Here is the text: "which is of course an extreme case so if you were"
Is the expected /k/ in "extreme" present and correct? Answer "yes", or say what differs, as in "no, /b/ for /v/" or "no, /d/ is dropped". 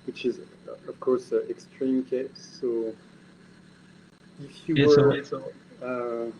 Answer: yes